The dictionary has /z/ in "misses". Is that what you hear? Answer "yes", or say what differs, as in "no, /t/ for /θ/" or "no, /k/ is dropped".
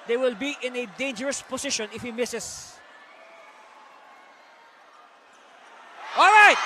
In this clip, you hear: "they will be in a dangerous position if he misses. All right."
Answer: no, /s/ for /z/